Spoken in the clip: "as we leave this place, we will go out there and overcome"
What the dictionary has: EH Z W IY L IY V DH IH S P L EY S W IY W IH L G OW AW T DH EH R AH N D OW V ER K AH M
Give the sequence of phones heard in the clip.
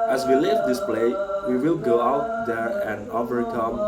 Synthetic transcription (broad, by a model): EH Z W IY L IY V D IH S P L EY W IY W IH L G OW AW T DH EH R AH N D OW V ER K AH M